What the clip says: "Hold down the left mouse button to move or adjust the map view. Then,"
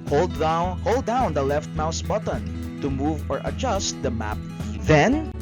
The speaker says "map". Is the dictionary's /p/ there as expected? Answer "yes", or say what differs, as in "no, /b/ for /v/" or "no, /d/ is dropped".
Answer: yes